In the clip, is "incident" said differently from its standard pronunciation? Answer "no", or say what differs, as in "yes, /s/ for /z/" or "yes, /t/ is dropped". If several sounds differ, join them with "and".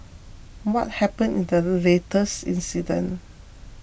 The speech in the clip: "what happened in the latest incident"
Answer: yes, /t/ is dropped